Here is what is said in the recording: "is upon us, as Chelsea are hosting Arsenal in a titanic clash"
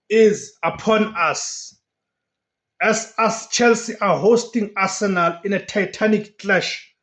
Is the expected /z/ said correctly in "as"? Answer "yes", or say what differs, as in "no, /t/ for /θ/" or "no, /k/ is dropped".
no, /s/ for /z/